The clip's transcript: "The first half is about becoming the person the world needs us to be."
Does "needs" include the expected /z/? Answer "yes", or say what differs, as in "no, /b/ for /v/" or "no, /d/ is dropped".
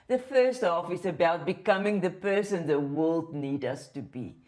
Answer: no, /z/ is dropped